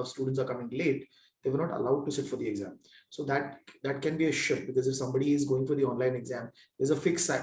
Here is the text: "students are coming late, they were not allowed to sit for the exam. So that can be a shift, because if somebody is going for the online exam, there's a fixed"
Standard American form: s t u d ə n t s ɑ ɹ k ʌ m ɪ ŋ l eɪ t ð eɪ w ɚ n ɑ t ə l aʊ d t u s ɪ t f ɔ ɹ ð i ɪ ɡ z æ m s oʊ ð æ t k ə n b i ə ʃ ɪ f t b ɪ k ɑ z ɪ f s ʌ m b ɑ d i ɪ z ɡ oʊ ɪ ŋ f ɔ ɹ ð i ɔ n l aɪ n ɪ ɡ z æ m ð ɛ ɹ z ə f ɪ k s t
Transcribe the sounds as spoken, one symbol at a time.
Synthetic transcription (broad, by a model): s t u d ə n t s ɑ ɹ k ʌ m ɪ ŋ l eɪ t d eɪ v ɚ n ɑ t ə l aʊ d t u s ɪ t f ɔ ɹ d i ɪ ɡ z æ m s oʊ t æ t k ə n b i ə ʃ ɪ t b ɪ k ɑ z ɪ f s ʌ m b ɑ d i ɪ z ɡ oʊ ɪ ŋ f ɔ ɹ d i ɔ n l aɪ n ɪ ɡ z æ m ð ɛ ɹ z ə f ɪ k s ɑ